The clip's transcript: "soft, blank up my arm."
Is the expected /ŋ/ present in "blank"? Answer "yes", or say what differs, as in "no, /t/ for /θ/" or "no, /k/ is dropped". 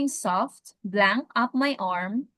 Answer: yes